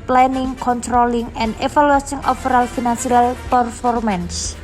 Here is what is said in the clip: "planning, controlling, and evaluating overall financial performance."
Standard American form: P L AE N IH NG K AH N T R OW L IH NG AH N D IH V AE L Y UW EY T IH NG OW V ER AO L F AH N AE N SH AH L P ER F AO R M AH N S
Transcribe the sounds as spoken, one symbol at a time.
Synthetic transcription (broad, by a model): P L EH N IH NG K AH N T R OW L IH NG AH N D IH F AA L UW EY S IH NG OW F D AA L F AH N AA N S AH L P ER F AO R M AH N S